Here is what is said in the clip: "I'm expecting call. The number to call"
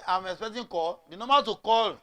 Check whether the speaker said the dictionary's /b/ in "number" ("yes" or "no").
no